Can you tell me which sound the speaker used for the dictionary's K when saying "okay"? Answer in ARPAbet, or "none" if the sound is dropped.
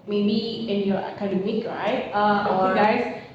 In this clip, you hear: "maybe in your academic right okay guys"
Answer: none